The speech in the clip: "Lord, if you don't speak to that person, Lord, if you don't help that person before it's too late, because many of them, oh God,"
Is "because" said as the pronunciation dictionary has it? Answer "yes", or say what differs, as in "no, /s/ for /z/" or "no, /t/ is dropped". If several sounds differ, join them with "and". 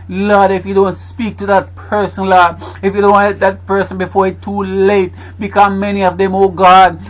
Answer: no, /z/ is dropped